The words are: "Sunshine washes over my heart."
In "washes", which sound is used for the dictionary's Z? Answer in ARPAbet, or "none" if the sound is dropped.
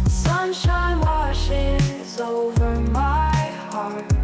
Z